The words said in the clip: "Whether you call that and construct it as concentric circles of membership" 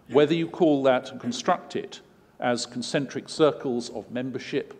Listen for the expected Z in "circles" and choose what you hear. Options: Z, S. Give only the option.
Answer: Z